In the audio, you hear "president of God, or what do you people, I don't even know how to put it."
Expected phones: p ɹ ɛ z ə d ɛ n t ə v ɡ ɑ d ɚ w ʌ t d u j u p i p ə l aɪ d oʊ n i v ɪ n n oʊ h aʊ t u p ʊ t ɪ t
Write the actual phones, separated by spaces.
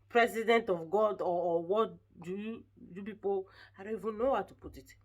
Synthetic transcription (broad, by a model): p ɹ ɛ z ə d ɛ n t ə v ɡ ɑ d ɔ w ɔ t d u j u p i p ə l aɪ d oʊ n i v ɪ n n oʊ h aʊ t u p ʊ t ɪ t